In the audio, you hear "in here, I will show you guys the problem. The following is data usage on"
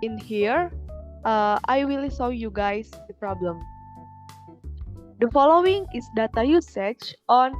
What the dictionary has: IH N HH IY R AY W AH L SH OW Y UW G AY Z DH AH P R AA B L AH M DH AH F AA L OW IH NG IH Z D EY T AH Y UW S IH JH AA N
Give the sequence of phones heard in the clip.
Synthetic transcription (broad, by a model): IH N HH IY R AY W AH L S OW Y UW G AY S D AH P R AA B L AH M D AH F AA L OW IH NG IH S D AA T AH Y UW S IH CH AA N